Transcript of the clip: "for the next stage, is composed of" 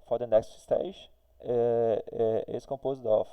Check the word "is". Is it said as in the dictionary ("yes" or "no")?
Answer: no